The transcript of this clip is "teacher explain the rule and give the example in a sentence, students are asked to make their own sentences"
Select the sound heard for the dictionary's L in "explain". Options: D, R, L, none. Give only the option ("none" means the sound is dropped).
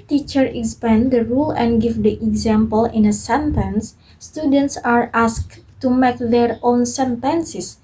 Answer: none